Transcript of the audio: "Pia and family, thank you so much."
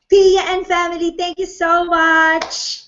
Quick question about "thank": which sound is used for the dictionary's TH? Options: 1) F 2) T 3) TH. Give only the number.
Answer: 2